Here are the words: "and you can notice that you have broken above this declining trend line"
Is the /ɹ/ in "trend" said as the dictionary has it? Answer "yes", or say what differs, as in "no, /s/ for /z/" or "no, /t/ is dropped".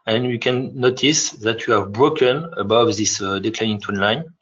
no, /ɹ/ is dropped